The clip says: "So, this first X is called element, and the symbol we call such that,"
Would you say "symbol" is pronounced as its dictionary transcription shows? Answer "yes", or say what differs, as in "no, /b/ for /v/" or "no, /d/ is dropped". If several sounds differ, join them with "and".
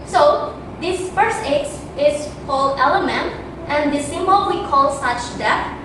no, /b/ is dropped